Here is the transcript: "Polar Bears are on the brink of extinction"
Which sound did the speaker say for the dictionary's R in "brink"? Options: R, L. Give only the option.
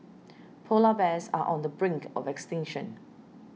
R